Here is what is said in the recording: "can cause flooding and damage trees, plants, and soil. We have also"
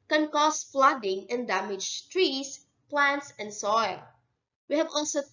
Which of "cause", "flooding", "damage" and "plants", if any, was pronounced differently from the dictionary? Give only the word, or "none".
cause